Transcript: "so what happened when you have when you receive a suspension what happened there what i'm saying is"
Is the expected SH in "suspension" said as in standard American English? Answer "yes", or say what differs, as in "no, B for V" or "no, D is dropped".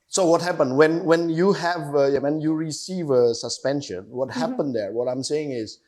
yes